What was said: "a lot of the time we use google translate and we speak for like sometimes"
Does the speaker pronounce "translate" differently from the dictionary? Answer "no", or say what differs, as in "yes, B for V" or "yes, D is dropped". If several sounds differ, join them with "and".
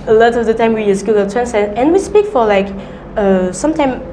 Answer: yes, L is dropped and T is dropped